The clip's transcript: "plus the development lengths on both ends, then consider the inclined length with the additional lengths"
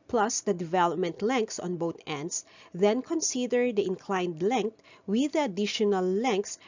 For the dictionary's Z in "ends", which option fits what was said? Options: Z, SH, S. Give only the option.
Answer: S